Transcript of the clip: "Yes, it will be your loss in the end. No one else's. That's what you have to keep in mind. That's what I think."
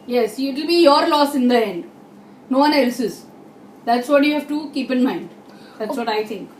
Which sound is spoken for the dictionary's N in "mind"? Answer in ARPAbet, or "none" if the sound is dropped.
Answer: N